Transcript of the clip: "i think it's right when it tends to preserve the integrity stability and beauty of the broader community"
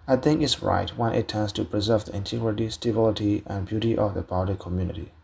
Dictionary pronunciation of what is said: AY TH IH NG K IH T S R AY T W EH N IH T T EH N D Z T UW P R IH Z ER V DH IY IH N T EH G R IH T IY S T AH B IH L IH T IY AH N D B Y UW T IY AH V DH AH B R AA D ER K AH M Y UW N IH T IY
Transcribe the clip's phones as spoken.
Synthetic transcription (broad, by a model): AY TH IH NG IH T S R AY T W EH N IH T T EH N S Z T UW P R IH Z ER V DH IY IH N T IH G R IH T IY S T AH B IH L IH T IY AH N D B Y UW T IY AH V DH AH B AA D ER K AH M Y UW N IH T IY